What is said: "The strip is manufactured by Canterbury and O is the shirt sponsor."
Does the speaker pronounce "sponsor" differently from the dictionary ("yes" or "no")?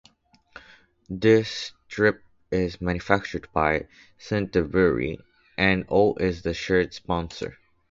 no